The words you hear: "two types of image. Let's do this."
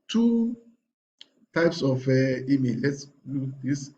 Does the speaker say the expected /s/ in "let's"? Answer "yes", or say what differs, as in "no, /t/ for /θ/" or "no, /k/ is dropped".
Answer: yes